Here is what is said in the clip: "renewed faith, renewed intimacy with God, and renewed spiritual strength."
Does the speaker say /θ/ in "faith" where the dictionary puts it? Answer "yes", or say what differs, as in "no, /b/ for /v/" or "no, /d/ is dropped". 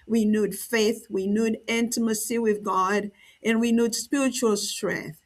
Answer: yes